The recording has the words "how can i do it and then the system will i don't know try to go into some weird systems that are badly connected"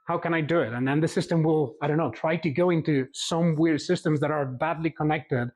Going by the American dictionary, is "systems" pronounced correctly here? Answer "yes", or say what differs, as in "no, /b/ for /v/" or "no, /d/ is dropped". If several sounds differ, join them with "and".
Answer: yes